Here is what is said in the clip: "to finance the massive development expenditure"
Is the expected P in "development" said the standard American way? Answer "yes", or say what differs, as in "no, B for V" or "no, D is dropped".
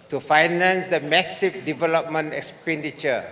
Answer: yes